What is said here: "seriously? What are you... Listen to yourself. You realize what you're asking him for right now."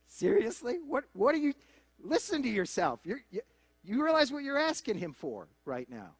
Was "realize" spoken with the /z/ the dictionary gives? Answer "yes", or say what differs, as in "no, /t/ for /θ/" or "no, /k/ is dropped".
yes